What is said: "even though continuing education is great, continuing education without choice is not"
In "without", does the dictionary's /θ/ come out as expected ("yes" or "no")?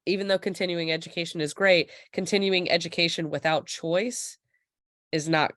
yes